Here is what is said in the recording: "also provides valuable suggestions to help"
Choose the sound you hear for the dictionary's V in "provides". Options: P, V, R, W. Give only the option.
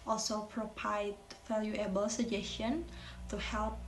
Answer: P